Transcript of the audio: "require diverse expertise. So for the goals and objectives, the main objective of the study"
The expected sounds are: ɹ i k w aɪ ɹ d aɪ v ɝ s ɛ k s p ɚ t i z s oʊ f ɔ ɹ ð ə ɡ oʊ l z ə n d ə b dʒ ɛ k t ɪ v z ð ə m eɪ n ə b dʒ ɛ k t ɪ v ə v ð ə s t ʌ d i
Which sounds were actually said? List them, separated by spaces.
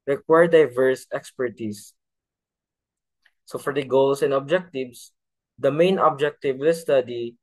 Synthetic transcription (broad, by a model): ɹ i k w aɪ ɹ d aɪ v ɝ s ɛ k s p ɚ t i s s oʊ f ɔ ɹ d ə ɡ oʊ l s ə n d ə b dʒ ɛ k t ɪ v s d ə m eɪ n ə b dʒ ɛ k t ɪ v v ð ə s t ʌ d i